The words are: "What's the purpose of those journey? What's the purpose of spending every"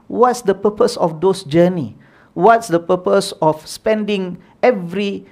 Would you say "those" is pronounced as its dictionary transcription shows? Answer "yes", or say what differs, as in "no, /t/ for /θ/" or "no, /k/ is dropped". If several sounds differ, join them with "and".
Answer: no, /s/ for /z/